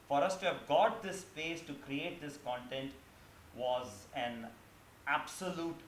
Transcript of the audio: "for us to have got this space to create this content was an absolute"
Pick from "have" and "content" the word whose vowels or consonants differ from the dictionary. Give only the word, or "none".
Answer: none